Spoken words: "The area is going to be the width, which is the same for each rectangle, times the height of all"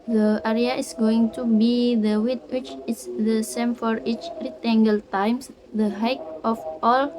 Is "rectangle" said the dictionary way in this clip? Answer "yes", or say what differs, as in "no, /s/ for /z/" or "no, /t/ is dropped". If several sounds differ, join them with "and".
no, /k/ is dropped